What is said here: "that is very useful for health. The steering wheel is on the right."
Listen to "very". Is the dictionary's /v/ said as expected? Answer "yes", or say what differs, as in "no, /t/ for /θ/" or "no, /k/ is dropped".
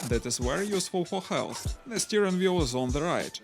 no, /w/ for /v/